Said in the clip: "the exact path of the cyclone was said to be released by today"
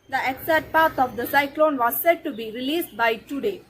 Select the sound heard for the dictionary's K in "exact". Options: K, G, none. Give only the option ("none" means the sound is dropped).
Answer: none